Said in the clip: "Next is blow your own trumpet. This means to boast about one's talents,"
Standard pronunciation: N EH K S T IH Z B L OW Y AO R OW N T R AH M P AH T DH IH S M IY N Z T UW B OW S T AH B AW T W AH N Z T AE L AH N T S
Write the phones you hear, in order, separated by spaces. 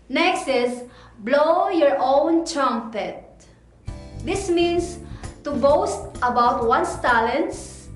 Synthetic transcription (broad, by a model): N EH K S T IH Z B L OW Y AO R OW N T R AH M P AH T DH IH S M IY N S T UW B OW S T AH B AW T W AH N S T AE L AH N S